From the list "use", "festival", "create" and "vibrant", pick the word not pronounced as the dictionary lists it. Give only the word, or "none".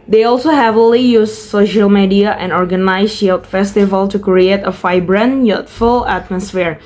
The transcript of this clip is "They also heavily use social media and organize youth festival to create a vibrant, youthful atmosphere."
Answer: vibrant